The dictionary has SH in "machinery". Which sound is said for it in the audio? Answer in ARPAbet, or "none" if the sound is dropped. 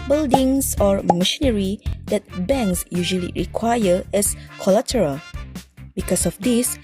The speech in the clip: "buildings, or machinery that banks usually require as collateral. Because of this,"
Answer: SH